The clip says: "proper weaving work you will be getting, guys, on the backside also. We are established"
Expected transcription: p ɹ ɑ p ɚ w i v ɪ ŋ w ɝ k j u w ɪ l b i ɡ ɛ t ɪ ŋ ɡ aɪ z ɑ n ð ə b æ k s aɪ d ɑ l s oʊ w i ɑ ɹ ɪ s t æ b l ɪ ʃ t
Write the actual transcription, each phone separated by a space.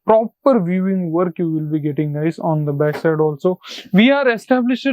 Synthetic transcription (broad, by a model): p ɹ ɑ p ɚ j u ɪ ŋ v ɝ k j u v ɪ l b i ɡ ɛ t ɪ ŋ ɡ aɪ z ɑ n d ə b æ k s aɪ d ɑ l s oʊ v i ɑ ɹ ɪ s t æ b l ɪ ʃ